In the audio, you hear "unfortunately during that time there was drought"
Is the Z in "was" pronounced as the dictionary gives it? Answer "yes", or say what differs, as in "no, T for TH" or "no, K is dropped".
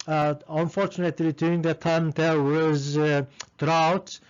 yes